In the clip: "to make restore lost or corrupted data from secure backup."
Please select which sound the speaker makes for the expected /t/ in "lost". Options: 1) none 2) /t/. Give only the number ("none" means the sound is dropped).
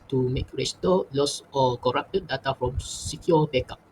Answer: 1